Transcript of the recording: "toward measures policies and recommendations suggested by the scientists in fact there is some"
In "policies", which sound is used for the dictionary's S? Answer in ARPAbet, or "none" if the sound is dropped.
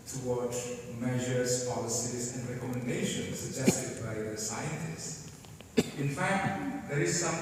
S